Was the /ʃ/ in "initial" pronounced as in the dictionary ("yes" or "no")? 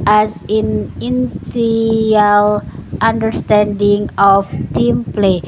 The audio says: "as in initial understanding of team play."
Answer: no